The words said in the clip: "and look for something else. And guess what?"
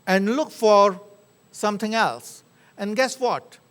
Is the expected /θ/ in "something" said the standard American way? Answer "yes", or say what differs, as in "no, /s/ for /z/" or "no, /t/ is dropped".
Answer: no, /t/ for /θ/